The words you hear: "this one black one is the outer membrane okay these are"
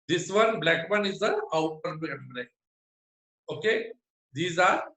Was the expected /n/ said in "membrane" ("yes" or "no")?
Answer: no